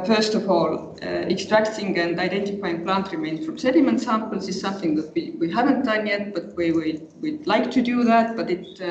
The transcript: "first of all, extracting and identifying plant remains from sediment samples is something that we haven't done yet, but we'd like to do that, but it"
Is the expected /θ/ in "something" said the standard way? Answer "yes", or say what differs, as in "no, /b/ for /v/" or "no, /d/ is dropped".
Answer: yes